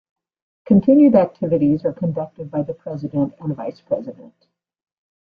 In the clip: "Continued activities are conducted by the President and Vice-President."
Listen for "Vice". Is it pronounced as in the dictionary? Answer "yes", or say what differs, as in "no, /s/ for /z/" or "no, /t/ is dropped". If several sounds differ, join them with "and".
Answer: yes